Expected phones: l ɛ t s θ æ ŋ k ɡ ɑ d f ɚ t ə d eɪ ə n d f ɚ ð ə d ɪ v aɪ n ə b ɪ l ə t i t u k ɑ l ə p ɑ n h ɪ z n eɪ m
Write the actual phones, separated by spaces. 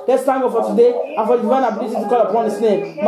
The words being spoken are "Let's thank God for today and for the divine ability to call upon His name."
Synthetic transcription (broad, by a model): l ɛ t s t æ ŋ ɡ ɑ f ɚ t ə d eɪ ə n f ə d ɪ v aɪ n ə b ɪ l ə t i t u k ɑ l ə p ɑ n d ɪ s n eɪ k